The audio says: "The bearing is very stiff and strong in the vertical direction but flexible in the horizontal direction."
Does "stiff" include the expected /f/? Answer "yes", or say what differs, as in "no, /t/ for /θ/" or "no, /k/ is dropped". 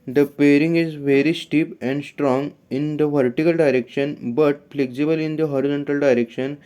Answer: no, /p/ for /f/